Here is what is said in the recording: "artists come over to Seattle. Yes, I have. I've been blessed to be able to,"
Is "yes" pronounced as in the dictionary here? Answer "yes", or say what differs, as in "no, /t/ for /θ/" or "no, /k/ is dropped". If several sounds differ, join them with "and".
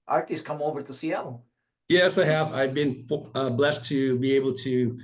yes